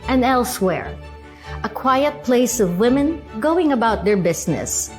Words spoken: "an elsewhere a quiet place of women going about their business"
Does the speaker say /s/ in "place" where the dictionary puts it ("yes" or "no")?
yes